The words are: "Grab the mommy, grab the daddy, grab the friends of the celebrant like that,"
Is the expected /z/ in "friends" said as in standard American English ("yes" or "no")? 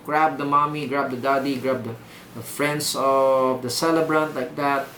no